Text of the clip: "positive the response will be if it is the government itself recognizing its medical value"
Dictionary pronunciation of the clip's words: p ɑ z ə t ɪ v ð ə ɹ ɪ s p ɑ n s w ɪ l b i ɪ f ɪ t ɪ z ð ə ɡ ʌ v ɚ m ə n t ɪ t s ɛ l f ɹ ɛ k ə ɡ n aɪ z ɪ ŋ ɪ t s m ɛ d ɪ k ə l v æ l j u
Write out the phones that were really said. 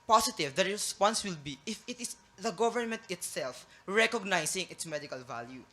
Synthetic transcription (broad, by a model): p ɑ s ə t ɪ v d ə ɹ ɪ s p ɑ n s w ɪ l b i ɪ f ɪ t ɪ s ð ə ɡ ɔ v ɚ m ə n t ɪ t s ɛ l f ɹ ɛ k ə ɡ n aɪ s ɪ ŋ ɪ t s m ɛ d ɪ k ə l v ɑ l j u